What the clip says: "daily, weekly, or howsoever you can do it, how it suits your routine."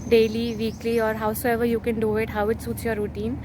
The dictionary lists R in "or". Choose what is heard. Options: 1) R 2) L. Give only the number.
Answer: 1